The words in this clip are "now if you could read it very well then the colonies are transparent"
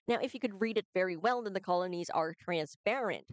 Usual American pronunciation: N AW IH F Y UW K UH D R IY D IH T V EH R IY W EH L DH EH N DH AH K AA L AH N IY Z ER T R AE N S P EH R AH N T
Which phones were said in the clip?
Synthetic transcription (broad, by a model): N AW IH F Y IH K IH D R IY D IH T V EH R IY W EH L DH EH N DH AH K AA L AH N IY Z ER T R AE N S P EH R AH N T